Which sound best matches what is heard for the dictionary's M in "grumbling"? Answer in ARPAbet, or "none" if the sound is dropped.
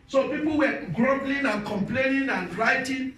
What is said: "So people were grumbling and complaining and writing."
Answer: none